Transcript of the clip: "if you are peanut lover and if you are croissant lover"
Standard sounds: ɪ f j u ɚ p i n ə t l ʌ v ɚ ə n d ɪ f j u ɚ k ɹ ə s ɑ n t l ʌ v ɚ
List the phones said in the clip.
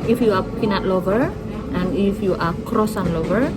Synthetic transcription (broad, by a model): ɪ f j u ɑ p i n ə t l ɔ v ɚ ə n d ɪ f j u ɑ k ɹ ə s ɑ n l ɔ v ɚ